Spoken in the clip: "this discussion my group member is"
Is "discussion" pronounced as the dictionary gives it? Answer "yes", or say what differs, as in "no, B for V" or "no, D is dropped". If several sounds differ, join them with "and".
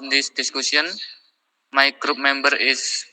no, S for SH